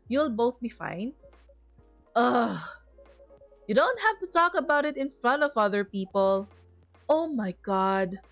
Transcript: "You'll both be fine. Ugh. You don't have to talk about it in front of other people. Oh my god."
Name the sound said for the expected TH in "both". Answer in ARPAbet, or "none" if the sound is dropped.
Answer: TH